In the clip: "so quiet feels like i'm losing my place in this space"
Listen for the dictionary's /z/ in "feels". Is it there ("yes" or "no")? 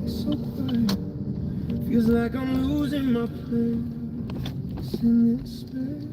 yes